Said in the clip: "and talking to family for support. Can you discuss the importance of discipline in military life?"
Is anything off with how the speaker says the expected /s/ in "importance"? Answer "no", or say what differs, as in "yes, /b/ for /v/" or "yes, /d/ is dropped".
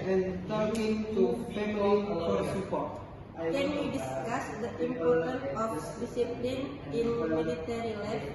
yes, /s/ is dropped